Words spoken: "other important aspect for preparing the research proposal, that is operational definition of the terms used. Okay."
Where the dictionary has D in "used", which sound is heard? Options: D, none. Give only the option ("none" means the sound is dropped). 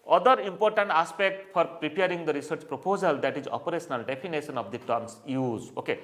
none